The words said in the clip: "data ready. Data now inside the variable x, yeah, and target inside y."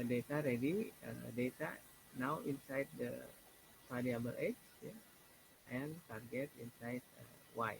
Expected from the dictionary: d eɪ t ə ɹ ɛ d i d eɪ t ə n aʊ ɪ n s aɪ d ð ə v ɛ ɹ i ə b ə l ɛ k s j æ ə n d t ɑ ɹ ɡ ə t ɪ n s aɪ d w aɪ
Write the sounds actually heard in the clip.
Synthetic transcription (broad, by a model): d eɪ t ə ɹ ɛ d i d eɪ t ə n aʊ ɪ n s aɪ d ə p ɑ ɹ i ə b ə l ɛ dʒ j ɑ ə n t ɑ ɹ ɡ ə t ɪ n s aɪ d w aɪ